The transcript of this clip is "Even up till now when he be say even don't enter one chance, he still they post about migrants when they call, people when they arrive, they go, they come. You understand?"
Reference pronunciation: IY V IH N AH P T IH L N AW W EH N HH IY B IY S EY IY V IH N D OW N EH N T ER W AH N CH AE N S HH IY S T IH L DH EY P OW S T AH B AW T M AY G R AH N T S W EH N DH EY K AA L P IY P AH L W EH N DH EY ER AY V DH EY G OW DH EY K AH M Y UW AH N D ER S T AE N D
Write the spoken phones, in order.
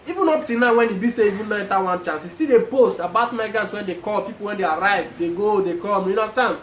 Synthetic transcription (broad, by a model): IY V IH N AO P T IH N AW W EH N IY B IY S EY IY V IH N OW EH T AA W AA N CH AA N S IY S T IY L EY P OW S T AH B AW T M AY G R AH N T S W EH N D EY K AA L P IY P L W EH N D EY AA AY V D EY G OW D EY K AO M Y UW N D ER S T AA N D